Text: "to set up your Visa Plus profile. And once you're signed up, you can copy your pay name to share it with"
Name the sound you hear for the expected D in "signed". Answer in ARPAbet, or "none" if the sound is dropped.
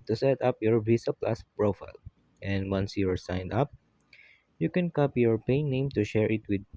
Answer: D